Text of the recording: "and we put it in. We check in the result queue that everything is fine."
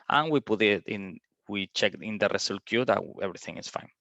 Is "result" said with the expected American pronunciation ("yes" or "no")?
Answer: no